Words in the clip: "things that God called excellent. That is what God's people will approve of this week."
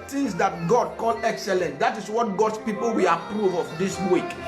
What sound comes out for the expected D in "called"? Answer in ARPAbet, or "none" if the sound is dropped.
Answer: none